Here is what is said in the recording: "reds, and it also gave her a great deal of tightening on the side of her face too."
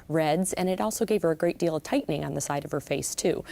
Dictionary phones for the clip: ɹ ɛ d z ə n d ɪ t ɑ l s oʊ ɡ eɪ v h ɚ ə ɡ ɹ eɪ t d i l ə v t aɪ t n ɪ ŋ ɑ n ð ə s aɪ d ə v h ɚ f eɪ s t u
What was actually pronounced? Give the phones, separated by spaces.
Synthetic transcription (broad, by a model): ɹ ɛ d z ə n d ɪ t ɑ l s oʊ ɡ eɪ v h ɚ ə ɡ ɹ eɪ t d i l ə v t aɪ t n ɪ ŋ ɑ n ð ə s aɪ d ə v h ɚ f eɪ s t u